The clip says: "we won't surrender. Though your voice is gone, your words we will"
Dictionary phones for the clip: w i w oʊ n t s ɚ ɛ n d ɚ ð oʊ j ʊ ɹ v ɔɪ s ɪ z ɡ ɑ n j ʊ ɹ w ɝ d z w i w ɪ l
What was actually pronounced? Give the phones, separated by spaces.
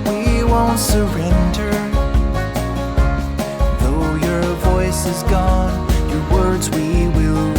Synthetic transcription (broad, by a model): w i w oʊ n t s ɚ ɛ n d ɚ ð oʊ j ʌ ɹ v ɔɪ s ɪ z ɡ ɑ n j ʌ ɹ w ɝ d z w i w ɪ l